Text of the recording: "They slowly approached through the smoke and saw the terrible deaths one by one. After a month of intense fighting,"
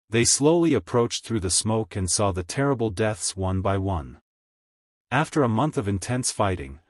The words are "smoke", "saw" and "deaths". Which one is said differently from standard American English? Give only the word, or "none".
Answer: none